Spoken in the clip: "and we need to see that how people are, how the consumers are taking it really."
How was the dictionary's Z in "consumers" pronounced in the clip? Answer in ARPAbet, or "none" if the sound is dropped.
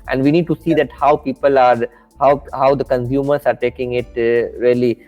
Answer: S